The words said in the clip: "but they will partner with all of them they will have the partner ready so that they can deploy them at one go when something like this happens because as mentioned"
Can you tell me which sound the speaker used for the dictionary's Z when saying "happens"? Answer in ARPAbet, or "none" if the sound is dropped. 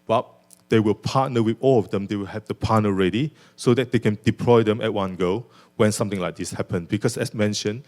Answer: none